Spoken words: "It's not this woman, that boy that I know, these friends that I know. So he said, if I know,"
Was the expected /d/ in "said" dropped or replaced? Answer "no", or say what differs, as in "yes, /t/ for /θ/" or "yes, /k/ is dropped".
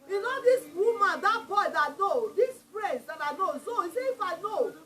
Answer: yes, /d/ is dropped